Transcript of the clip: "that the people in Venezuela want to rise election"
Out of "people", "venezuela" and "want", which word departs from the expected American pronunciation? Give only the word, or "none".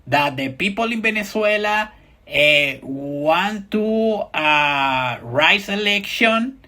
venezuela